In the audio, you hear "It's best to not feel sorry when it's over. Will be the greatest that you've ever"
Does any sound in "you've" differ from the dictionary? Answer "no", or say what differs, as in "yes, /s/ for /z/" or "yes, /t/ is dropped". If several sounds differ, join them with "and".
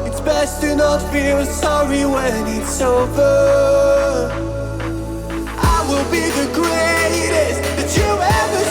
yes, /v/ is dropped